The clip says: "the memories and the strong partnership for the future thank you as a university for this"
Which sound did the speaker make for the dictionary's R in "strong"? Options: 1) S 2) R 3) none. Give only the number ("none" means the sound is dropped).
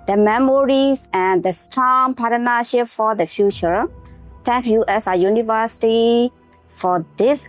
2